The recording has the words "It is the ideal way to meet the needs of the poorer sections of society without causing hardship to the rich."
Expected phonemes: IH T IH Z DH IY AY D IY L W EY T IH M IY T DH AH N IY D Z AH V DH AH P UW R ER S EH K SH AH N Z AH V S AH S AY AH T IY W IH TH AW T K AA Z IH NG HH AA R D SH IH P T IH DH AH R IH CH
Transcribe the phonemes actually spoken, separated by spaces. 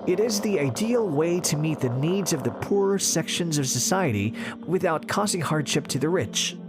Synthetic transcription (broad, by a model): IH T IH Z DH IY AY D IY L W EY T IH M IY T DH AH N IY D Z AH V DH AH P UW R S EH K SH AH N Z AH V S AH S AY AH T IY W IH TH AW T K AA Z IH NG HH AA R D SH IH P T IH DH AH R IH CH